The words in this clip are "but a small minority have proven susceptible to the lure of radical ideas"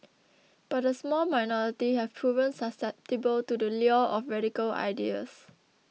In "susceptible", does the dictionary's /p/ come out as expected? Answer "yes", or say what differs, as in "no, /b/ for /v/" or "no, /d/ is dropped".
yes